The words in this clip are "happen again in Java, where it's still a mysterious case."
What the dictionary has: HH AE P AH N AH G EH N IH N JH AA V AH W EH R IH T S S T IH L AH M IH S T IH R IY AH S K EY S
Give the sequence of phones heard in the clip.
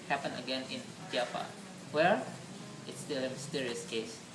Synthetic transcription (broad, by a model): HH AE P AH N AH G EH N IH N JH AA P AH W EH R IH T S S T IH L AH M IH S T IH R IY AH S K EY S